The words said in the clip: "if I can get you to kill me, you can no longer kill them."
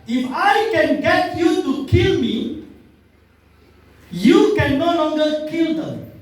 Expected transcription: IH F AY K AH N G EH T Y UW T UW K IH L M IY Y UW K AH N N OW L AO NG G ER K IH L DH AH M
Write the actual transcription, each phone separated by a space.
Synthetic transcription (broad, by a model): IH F AY K AH N G EH T Y UW T UW K IH L M IY Y UW K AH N N OW L AO NG G ER K IH L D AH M